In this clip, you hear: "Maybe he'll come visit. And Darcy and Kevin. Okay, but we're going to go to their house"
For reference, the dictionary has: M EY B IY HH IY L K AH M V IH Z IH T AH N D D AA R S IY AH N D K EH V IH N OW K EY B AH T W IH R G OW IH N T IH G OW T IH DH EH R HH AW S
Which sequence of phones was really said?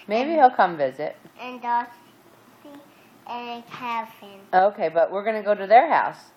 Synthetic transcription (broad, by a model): M EY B IY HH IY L K AH M V IH Z IH T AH N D D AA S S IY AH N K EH F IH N OW K EY B AH T W IH R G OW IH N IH G OW T IH DH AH R HH AW S